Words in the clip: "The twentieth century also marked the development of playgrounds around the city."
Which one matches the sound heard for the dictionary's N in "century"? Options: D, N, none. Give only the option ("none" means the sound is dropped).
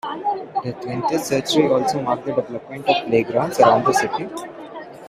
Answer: none